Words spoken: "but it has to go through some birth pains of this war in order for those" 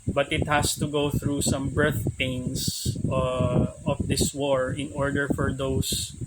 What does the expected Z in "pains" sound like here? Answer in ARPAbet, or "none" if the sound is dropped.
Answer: S